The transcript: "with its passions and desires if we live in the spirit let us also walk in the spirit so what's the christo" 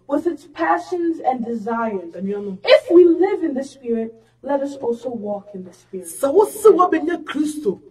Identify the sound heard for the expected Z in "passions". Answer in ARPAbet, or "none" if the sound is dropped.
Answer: Z